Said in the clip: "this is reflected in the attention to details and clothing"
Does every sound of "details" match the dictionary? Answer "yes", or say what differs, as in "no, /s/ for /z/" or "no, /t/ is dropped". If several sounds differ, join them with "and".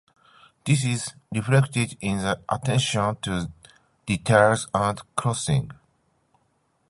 no, /l/ is dropped